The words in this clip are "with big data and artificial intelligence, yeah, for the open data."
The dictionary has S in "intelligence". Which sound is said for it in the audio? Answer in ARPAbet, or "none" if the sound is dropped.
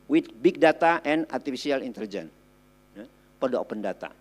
none